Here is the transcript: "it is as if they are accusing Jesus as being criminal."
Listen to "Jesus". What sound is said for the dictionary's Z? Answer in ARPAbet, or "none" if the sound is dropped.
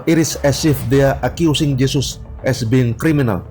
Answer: S